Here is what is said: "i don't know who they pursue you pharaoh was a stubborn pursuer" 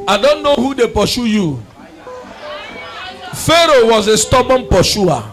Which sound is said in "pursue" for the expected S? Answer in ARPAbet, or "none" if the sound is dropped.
SH